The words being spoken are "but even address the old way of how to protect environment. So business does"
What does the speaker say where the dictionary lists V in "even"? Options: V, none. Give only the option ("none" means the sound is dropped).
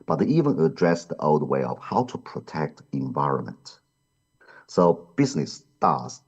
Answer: V